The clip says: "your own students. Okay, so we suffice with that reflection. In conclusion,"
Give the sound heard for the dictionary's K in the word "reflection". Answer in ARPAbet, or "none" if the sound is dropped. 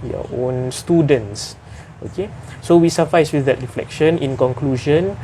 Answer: K